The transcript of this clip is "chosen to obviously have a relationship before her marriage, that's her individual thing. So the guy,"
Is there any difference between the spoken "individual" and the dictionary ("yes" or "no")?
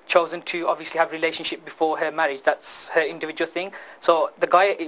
no